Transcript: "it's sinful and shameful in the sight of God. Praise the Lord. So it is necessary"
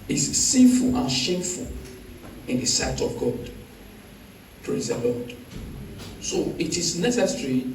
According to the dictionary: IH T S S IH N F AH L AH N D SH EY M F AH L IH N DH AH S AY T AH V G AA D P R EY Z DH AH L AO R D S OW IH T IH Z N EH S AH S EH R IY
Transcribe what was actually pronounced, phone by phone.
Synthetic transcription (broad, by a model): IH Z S S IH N F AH L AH N SH EY M F AH L IH N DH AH S AY T AH V G AA D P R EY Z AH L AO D S OW IH T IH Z N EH S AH S R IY